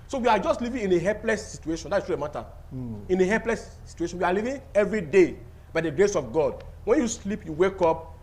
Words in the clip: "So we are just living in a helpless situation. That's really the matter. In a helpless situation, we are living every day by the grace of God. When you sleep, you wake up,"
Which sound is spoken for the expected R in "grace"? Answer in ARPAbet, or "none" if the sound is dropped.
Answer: R